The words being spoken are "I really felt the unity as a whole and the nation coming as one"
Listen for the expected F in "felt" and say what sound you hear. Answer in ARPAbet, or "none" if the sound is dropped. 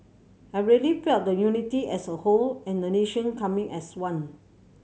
P